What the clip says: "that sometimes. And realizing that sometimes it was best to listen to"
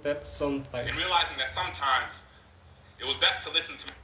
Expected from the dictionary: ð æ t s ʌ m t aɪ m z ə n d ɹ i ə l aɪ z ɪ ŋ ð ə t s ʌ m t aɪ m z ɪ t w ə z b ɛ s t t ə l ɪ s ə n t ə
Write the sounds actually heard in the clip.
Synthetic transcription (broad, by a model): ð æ t s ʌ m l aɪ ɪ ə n ɹ i ə l aɪ z ɪ ŋ ð ə t s ʌ m t aɪ m z ɪ t w ə z b ɛ s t t ə l ɪ s n t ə